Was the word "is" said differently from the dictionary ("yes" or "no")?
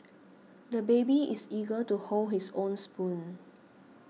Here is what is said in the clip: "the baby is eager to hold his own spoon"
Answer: yes